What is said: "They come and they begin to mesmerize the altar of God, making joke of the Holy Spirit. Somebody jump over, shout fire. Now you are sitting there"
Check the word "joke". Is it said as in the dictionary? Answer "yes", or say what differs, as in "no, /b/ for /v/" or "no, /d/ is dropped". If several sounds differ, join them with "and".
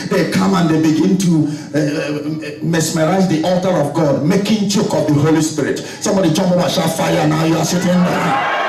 no, /tʃ/ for /dʒ/